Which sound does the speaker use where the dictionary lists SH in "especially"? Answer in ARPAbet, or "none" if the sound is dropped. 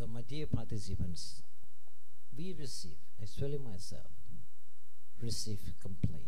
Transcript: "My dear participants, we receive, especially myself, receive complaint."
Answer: S